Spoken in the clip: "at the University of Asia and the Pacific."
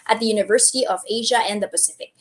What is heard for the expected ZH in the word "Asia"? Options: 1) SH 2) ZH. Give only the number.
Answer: 2